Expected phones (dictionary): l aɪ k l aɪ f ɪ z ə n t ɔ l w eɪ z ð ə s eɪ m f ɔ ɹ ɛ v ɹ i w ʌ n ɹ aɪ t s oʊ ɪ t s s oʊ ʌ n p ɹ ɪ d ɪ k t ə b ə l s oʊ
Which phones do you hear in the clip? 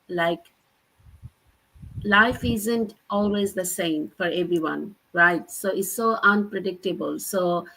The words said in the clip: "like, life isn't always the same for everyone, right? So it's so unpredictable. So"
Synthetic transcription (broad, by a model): l aɪ k l aɪ f ɪ z ə n t ɔ l w eɪ z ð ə s eɪ m f ɔ ɹ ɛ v ɹ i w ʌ n ɹ aɪ t s oʊ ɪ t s s oʊ ʌ n p ɹ ɪ d ɪ k t ə b ə l s oʊ